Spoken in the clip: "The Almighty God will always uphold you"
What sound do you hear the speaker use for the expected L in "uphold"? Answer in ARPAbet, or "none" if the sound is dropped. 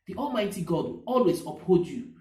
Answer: none